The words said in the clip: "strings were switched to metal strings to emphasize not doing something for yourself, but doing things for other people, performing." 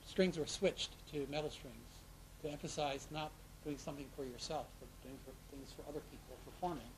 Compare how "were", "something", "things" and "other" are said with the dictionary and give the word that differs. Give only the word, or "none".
none